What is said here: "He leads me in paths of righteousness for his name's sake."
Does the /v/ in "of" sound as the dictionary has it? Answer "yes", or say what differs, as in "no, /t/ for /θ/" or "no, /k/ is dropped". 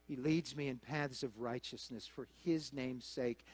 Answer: yes